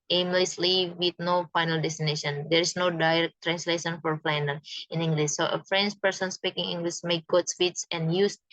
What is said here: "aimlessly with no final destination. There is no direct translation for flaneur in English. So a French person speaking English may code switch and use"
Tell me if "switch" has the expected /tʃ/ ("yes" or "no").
no